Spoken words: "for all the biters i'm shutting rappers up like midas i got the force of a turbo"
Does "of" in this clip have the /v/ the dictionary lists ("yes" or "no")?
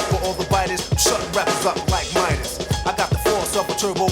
no